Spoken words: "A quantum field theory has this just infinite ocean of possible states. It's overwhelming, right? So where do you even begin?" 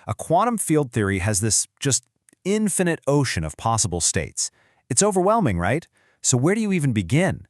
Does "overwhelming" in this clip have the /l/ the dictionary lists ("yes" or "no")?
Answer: yes